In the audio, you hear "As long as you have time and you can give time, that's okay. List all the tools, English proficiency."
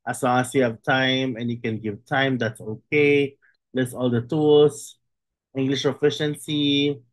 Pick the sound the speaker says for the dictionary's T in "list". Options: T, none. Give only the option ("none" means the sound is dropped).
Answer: none